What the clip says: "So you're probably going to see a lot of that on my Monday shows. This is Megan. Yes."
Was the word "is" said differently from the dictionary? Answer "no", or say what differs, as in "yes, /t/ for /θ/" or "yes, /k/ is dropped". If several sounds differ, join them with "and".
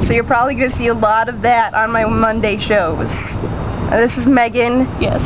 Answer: no